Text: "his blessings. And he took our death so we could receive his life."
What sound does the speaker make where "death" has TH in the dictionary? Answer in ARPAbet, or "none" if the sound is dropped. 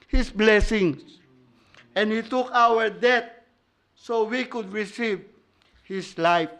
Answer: T